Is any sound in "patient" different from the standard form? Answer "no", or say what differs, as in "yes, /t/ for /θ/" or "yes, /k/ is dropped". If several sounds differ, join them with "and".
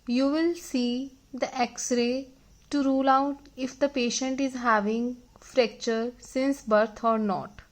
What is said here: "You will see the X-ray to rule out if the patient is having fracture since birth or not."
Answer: no